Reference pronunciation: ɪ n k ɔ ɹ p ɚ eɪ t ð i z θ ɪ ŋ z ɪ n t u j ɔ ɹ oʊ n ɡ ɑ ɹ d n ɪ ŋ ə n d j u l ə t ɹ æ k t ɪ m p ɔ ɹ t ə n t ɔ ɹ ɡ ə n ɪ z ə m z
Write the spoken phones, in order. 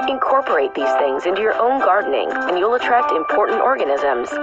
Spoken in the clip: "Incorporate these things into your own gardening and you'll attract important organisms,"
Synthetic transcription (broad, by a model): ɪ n k ɔ ɹ p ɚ eɪ t ð i z θ ɪ ŋ z ɪ n t u j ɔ ɹ oʊ n ɡ ɑ ɹ d n ɪ ŋ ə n j u l ə t ɹ æ k t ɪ m p ɔ ɹ t n t ɔ ɹ ɡ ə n ɪ z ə m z